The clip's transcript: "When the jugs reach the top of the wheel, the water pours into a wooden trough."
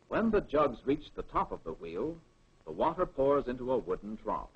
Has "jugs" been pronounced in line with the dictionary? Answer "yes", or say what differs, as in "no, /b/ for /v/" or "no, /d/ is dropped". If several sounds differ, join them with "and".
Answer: yes